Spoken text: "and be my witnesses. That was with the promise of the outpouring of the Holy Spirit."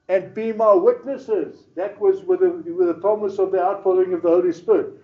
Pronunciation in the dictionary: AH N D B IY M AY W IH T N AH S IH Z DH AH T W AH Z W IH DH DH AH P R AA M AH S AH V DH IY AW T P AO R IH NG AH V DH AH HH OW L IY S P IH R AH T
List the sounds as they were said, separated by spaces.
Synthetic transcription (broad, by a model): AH N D B IY M AY W IH T N AH S IH Z DH AH T W AH Z W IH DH DH AH P R AA M AH S AH V DH IY AW T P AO L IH NG AH V DH AH HH OW L IY S P IH R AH T